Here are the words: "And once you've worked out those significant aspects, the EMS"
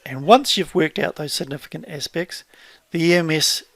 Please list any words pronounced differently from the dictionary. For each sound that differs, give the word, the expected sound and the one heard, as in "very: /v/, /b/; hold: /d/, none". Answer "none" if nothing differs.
none